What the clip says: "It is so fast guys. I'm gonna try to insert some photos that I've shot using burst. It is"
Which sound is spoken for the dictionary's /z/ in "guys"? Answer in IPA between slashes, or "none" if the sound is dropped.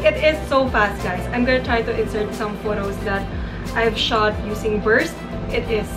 /s/